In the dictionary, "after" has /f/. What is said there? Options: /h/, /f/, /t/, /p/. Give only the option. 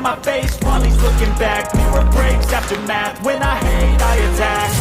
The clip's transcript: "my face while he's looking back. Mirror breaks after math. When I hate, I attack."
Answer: /p/